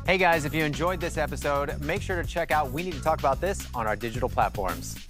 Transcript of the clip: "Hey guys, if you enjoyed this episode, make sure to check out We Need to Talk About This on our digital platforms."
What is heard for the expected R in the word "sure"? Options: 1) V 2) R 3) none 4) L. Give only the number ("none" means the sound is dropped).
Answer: 2